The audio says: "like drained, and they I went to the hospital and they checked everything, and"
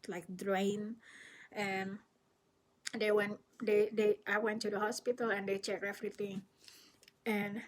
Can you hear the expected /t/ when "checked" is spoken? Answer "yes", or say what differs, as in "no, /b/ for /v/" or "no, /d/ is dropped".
no, /t/ is dropped